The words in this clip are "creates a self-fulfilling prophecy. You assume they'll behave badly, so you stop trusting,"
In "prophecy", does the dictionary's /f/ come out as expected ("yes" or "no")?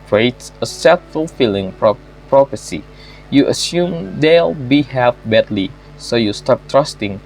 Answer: no